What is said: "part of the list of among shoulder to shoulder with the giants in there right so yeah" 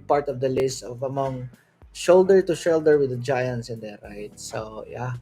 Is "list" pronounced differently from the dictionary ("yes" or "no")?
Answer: yes